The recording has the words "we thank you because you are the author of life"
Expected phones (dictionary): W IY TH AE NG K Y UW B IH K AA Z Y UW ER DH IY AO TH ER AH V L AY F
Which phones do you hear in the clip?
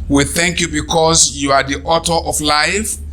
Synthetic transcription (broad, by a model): W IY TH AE NG K Y UW B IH K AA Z Y UW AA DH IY AO T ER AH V L AY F